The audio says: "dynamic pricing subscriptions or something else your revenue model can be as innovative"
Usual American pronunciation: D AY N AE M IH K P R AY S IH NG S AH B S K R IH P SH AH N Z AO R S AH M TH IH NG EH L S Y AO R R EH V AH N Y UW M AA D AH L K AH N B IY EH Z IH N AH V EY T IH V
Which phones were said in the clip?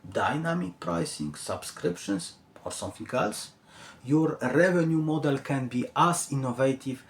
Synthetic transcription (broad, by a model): D AY N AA M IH K P R AY S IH NG S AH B S K R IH P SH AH N S AO R S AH M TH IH NG EH L S Y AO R R EH V AH N Y UW M AA D AH L K AH N B IY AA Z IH N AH V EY T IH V